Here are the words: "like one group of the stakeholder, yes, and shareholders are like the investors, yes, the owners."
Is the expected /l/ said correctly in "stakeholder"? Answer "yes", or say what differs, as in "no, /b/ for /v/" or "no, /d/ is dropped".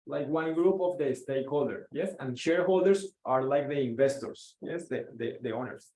yes